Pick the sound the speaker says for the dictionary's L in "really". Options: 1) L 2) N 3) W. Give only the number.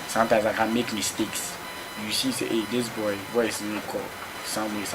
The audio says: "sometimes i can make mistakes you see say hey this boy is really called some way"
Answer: 2